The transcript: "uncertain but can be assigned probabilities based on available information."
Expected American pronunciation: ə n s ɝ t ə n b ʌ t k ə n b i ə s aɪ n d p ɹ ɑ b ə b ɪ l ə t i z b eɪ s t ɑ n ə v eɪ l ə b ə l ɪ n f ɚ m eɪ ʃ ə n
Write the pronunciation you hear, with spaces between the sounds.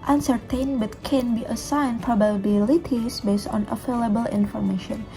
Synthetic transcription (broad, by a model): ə n s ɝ t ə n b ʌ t k ə n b i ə s aɪ n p ɹ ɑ b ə b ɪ l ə t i s b eɪ s t ɑ n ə f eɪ l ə b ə l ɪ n f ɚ m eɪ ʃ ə n